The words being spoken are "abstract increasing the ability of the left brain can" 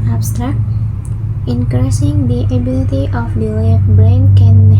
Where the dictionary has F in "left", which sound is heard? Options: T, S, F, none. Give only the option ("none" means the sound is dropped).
none